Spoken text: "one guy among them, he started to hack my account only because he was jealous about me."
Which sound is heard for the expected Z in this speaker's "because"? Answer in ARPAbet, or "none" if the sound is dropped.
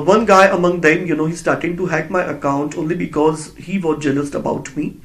Z